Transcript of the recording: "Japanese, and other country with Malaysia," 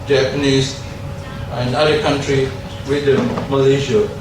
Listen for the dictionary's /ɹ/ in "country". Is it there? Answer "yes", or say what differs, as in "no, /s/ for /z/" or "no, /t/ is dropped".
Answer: yes